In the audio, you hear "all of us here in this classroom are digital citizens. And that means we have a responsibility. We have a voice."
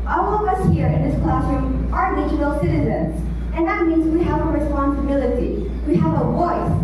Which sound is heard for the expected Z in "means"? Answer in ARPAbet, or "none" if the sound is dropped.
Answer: Z